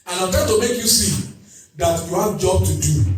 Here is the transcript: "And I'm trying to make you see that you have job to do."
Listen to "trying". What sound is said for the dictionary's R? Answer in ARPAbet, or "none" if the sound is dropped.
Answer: none